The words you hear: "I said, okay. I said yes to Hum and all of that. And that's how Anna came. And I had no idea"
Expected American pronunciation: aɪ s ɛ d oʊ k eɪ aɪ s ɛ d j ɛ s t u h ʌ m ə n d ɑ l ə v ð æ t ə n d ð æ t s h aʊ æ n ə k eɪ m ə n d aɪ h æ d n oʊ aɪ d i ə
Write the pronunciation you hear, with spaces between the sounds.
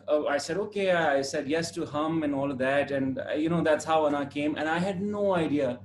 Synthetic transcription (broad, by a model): aɪ s ɛ d oʊ k eɪ aɪ s ɛ d j ɛ s t u h ʌ m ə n ɑ l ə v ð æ t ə n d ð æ t s h aʊ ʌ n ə k eɪ m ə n aɪ h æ d n oʊ aɪ d i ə